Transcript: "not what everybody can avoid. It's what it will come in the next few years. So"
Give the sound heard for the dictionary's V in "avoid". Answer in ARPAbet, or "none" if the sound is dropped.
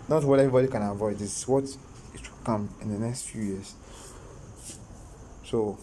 V